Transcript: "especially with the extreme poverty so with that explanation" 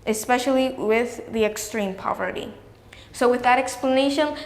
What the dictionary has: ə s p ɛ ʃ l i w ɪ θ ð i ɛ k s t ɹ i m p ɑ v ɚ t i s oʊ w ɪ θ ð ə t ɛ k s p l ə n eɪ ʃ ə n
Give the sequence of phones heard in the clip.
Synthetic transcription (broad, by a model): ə s p ɛ ʃ l i w ɪ ð i ɛ k s t ɹ i m p ɑ v ɚ t i s oʊ w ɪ ð ə t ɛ k s p l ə n eɪ ʃ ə n